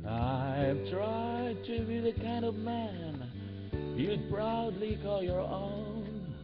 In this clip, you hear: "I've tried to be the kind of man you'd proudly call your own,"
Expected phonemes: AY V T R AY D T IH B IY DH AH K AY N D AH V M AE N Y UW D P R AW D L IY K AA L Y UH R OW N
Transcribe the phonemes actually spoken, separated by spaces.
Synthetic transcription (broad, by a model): AY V T R AY D T IH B IY DH AH K AY N D AH V M AE N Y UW P R AW D L IY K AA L Y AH R OW N